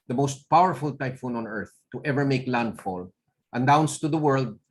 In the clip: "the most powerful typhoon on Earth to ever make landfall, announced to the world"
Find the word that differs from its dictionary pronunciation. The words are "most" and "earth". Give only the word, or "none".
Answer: none